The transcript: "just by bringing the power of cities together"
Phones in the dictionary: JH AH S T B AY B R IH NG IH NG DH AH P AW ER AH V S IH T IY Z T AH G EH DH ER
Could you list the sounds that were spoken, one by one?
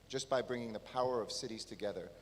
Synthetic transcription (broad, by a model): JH AH S B AY B R IH NG IH NG DH AH P AW ER AH V S IH T IY Z T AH G EH DH ER